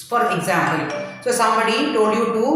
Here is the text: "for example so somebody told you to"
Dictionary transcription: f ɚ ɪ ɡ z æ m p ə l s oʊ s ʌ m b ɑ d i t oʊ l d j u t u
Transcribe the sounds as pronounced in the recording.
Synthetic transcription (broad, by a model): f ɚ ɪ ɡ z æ m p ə l s oʊ s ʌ m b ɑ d i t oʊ d j u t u